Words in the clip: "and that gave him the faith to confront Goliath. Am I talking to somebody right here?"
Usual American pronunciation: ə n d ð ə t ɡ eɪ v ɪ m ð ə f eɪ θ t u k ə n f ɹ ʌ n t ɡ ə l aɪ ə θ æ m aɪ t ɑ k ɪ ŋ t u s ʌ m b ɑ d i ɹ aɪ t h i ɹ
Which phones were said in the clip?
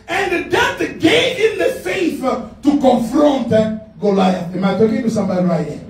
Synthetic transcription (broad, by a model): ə n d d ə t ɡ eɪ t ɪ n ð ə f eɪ f t u k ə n f ɹ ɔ n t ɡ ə l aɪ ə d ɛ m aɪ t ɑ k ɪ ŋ t u s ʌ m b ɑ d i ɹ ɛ